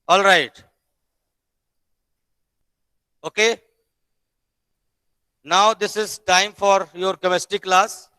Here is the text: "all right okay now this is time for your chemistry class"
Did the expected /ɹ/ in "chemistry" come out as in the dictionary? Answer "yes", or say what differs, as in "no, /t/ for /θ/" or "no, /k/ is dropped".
no, /ɹ/ is dropped